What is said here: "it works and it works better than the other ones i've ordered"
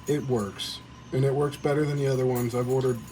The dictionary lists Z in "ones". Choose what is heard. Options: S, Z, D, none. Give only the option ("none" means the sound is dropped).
Z